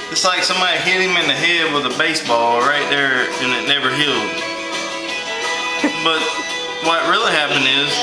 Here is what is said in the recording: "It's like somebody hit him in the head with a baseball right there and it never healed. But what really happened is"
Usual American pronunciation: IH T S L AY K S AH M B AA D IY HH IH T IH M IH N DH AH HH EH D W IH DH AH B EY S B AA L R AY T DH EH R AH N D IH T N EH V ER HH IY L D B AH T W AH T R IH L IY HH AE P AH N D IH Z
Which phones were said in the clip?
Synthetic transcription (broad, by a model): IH T S L AY K S AH M B AA D IY HH IH T IH M IH N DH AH HH EH D W IH DH AH B EY S B AA L R AY T DH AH R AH N IH T N EH V ER HH IY L D B AH T W AH T R IH L IY HH AE P AH N D IH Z